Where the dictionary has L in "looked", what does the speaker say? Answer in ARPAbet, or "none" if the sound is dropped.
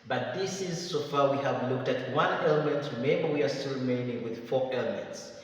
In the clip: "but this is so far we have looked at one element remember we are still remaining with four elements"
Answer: L